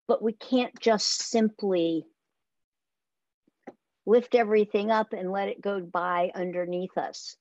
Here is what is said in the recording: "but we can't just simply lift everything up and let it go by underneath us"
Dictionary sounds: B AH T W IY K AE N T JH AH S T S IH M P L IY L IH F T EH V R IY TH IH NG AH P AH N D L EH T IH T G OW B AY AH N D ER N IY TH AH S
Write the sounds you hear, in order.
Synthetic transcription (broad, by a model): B AH T W IY K AE N JH AH S T S IH M P L IY L IH F T EH V R IY TH IH NG AH P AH N L EH T IH T G OW B AY AH N D ER N IY TH AH S